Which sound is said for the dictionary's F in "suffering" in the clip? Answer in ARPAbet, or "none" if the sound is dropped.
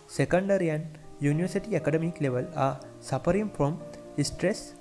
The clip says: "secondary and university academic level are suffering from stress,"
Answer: P